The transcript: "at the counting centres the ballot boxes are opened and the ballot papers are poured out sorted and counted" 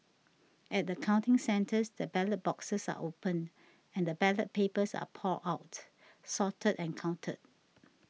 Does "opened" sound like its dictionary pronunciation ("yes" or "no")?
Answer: no